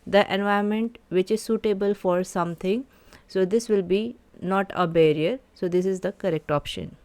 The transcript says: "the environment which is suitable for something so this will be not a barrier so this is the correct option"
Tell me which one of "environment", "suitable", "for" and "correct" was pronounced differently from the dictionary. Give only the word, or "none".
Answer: environment